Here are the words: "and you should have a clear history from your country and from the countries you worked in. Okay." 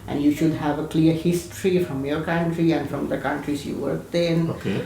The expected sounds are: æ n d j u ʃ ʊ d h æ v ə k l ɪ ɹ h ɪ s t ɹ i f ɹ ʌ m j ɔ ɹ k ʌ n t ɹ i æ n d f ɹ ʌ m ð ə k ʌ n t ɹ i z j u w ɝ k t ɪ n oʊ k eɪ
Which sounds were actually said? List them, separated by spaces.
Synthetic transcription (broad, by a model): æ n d j u ʃ ʊ d h æ v ə k l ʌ ɹ h ɪ s t ɹ i f ɹ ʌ m j ɔ ɹ k ʌ n t ɹ i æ n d f ɹ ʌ m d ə k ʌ n t ɹ i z j u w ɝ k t ɪ n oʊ k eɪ